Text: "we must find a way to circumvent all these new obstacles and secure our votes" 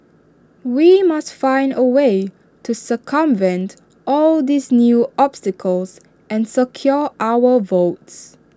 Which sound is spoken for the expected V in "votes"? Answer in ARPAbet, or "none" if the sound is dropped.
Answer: V